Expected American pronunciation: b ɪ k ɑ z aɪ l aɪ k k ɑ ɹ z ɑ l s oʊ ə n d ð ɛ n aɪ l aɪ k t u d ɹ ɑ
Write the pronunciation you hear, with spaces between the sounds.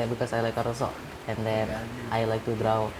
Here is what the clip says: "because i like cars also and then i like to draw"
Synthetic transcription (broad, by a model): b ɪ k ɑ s aɪ l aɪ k k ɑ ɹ ɑ s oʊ ə n d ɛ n aɪ l aɪ k t u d ɹ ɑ